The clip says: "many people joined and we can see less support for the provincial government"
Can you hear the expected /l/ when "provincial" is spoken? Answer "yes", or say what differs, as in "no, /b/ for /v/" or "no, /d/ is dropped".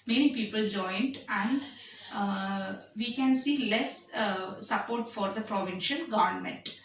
no, /n/ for /l/